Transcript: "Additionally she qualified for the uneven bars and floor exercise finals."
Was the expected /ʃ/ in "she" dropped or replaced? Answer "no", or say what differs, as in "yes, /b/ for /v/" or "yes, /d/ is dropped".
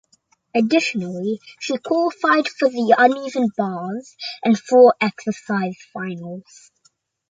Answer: no